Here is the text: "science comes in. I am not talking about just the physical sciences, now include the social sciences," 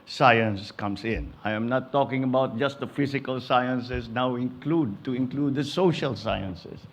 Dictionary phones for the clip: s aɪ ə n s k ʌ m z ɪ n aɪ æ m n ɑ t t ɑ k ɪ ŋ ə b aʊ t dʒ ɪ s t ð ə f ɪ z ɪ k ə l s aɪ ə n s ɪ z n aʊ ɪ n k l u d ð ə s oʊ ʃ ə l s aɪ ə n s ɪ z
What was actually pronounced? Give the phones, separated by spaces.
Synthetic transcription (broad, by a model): s aɪ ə n s k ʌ m s ɪ n aɪ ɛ m n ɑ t t ɑ k ɪ ŋ ə b aʊ t dʒ ɪ s t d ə f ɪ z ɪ k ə l s aɪ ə n s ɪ s n aʊ ɪ n k l u d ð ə s oʊ ʃ ə l s aɪ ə n s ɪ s